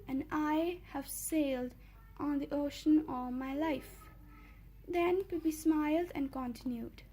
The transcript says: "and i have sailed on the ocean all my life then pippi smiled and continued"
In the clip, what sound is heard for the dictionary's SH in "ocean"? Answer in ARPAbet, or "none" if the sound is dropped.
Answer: SH